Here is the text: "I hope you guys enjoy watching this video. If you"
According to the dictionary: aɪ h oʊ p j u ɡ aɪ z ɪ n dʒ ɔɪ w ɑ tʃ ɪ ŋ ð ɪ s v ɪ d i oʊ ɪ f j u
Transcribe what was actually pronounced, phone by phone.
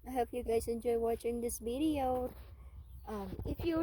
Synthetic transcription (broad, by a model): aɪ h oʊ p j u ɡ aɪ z ɪ n dʒ ɔɪ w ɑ tʃ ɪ ŋ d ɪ s b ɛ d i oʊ ɪ f j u